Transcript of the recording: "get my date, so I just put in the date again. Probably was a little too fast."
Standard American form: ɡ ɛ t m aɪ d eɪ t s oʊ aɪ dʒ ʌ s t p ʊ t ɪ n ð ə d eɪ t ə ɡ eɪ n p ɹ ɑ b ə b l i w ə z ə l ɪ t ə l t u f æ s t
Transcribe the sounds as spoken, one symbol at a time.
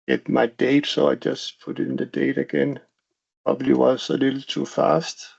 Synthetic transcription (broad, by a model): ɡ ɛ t m aɪ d eɪ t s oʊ aɪ dʒ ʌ s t p ʊ t ɪ n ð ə d eɪ t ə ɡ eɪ n p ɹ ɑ b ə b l i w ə s ə l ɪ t l t u f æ s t